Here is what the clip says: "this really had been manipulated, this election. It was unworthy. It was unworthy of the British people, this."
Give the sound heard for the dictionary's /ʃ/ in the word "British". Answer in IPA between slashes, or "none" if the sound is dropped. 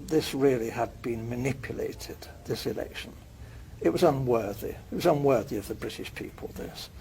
/ʃ/